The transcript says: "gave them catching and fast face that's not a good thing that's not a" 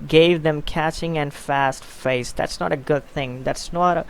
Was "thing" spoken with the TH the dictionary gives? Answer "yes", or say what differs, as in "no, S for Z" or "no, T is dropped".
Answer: yes